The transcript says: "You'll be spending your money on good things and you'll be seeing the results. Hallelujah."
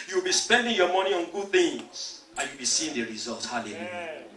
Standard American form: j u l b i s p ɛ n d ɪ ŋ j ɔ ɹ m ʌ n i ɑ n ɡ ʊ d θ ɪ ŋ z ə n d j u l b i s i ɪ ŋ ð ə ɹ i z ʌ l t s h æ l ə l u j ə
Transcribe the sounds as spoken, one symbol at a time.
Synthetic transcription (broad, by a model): j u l b i s p ɛ n d ɪ ŋ j ɔ m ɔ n i ɑ n ɡ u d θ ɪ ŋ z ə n j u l b i s i ɪ ŋ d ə ɹ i z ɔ l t h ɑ l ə l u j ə